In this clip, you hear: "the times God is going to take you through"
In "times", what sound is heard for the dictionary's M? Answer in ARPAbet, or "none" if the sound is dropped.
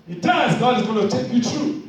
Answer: none